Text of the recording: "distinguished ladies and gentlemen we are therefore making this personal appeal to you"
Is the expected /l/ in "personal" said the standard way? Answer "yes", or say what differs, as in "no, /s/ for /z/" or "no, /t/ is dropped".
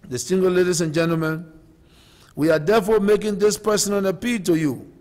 no, /n/ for /l/